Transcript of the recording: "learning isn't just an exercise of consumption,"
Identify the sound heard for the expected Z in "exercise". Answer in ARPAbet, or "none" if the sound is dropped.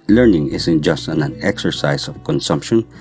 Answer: S